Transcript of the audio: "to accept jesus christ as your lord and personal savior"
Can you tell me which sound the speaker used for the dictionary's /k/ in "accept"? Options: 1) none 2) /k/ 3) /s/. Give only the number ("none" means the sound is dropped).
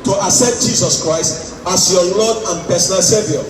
1